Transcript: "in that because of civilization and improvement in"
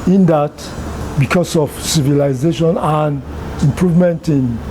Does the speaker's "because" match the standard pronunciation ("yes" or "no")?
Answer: no